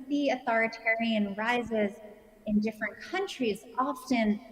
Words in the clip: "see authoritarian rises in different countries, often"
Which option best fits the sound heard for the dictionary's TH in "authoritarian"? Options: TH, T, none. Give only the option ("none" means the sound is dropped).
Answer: TH